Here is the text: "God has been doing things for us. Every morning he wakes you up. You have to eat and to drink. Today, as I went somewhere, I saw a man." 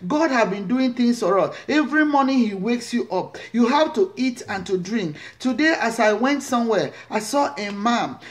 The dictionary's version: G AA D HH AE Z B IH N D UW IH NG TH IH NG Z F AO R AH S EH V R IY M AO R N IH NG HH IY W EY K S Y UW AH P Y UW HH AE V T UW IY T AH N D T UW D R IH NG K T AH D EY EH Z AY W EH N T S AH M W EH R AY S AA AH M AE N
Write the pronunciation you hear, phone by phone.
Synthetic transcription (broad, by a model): G AA D HH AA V B IH N D UW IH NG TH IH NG S F AO R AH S EH V R IY M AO N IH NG HH IY W EY K S Y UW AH P Y UW HH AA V T UW IY T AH N T UW D R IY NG K T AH D EY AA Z AY W EH N T S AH M W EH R AY S AA AH M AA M